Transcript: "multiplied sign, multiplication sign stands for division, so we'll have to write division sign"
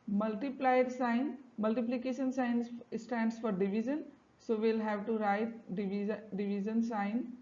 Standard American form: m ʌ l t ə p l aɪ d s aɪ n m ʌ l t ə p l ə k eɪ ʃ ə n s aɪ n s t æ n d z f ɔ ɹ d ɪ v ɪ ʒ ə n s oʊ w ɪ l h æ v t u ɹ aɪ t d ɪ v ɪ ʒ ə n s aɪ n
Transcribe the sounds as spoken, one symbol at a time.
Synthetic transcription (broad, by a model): m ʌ l t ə p l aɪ d s aɪ n m ʌ l t ə p l ə k eɪ ʃ ə n s aɪ n s t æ n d s f ɔ ɹ d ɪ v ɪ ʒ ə n s oʊ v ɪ l h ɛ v t u ɹ aɪ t d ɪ v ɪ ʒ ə n s aɪ n